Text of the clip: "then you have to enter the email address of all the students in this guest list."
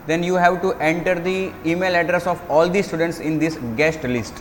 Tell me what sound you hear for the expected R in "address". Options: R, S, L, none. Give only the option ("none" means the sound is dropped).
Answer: R